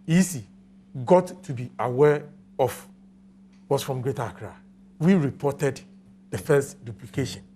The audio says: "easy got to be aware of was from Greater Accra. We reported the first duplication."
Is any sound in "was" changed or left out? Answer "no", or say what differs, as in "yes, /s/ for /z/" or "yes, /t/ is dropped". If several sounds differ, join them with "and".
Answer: yes, /s/ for /z/